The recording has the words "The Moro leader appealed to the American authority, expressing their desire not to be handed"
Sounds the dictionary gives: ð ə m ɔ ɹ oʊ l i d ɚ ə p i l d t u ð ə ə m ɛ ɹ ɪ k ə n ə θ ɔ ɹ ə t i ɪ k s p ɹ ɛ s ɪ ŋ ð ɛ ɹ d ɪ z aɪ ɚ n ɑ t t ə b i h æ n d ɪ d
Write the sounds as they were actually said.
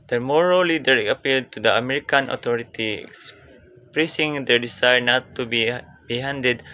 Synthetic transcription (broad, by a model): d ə m ɔ ɹ oʊ l i d ɚ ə p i l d t u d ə ə m ɛ ɹ ɪ k ə n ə t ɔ ɹ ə t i ɪ k s p ɹ ɛ s ɪ ŋ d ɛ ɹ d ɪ s aɪ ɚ n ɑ t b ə b i h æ n d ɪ d